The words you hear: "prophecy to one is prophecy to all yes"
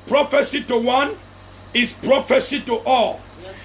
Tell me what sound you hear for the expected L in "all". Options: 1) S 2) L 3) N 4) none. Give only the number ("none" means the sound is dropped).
2